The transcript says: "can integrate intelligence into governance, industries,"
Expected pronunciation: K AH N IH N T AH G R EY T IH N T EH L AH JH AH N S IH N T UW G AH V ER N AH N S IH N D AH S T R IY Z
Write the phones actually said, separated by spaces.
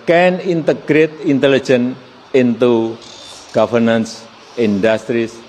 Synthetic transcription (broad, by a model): K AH N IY N T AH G R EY T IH N T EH L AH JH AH N IH N T UW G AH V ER N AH N S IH N D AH S T R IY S